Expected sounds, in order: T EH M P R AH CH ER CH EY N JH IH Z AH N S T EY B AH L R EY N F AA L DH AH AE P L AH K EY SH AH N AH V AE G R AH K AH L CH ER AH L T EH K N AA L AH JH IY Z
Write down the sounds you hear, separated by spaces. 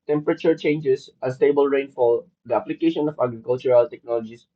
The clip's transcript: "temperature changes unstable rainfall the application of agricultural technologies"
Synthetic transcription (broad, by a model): T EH M P R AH CH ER CH EY N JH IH S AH S T EY B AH L R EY N F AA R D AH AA P L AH K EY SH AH N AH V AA G R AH K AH L CH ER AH L T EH K N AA L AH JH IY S